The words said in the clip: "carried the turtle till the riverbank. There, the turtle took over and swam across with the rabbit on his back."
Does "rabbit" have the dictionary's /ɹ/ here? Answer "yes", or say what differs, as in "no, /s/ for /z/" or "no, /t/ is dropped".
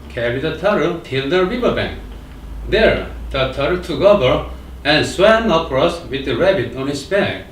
yes